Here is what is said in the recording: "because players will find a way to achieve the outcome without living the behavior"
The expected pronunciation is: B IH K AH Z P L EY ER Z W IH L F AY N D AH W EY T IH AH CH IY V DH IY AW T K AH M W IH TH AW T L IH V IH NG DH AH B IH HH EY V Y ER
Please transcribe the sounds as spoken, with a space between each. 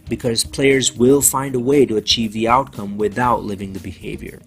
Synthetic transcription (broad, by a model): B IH K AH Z P L EY ER Z W IH L F AY N D AH W EY T IH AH CH IY V DH IY AW T K AH M W IH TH AW T L IH V IH NG DH AH B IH HH EY V Y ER